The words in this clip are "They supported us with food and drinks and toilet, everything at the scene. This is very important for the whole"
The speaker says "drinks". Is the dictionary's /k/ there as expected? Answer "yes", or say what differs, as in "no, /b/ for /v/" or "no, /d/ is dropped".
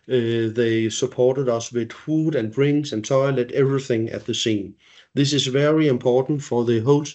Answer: no, /k/ is dropped